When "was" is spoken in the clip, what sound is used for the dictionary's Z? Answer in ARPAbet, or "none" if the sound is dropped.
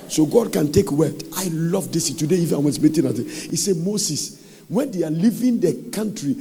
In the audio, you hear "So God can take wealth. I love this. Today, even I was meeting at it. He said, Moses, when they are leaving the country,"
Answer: S